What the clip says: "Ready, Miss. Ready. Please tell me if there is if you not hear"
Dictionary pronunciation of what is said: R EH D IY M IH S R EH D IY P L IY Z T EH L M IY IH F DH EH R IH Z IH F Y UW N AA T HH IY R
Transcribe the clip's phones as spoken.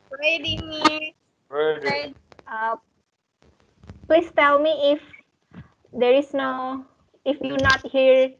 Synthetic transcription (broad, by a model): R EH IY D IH R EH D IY P L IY S T EH L M IY IH F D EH R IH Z IH F Y UW N AA T HH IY R